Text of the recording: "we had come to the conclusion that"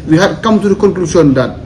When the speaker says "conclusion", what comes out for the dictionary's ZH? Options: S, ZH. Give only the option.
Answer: S